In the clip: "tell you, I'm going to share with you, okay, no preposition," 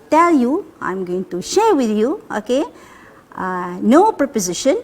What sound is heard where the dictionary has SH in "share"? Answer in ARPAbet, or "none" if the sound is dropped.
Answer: SH